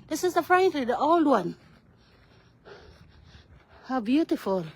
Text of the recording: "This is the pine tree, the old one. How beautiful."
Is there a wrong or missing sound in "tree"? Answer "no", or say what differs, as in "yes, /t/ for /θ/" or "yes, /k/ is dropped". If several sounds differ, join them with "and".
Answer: yes, /l/ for /ɹ/